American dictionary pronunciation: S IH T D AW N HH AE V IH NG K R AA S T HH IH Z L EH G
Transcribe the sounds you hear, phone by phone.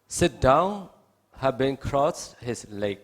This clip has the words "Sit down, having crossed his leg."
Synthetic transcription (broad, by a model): S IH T D AW N HH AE B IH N K R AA S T HH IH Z L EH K